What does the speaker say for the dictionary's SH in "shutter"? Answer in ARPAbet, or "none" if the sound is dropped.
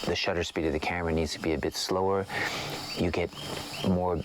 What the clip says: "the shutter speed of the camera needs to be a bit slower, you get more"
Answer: SH